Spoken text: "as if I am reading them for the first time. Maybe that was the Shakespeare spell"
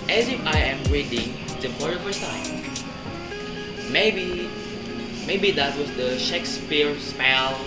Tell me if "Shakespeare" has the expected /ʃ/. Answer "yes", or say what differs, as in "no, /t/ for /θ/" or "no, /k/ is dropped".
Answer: yes